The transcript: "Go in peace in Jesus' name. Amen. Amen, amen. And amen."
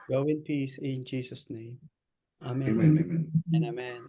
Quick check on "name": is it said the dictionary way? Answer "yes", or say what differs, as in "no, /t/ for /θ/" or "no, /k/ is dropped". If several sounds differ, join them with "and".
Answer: no, /m/ is dropped